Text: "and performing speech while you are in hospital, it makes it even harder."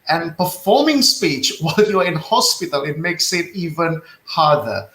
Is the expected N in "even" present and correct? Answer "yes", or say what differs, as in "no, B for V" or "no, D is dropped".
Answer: yes